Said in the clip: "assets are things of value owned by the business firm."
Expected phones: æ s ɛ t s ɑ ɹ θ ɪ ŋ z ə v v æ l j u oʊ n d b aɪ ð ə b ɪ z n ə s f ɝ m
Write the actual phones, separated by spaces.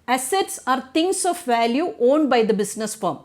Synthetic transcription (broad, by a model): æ s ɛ t s ɑ ɹ t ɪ ŋ s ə f v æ l j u oʊ n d b aɪ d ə b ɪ s n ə s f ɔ m